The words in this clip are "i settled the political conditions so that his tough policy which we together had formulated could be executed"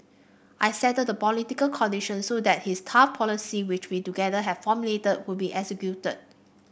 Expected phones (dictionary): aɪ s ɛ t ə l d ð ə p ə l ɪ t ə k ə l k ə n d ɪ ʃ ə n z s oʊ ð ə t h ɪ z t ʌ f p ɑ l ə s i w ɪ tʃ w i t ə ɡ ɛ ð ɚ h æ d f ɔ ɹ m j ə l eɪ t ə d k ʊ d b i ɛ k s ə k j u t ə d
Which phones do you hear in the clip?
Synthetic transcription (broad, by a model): aɪ s ɛ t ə d ə p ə l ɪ t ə k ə l k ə n d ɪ ʃ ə n s oʊ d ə t h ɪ s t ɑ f p ɑ l ə s i w ɪ tʃ w i t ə ɡ ɛ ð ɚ h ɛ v f ɔ m j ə l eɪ t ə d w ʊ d b i ɛ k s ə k j u t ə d